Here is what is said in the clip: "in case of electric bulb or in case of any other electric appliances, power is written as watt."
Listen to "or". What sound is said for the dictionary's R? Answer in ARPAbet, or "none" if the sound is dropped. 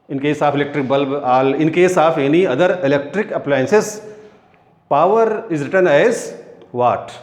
L